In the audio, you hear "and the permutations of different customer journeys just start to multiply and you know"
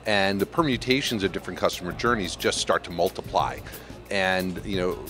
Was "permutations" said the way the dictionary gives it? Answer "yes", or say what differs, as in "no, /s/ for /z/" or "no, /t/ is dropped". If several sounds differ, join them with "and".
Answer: yes